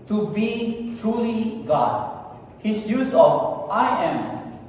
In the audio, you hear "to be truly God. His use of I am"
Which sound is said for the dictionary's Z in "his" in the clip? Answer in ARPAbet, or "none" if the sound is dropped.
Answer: S